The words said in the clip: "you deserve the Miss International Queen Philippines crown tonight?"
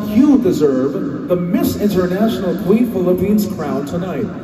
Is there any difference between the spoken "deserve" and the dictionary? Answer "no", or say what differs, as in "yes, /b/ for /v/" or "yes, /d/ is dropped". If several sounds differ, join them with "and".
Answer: no